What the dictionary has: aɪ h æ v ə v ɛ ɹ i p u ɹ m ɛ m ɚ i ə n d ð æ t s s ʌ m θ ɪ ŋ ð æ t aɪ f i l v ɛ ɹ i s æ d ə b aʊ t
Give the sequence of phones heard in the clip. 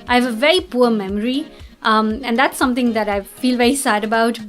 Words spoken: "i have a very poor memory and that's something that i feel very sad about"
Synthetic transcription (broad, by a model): aɪ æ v ə v ɛ ɹ i p u ɹ m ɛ m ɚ i ə n d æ t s s ʌ m t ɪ ŋ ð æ t aɪ f i l v ɛ ɹ i s æ d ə b aʊ t